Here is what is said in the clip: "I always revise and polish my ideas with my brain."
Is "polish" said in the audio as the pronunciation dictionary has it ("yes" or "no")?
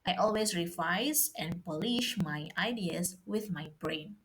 yes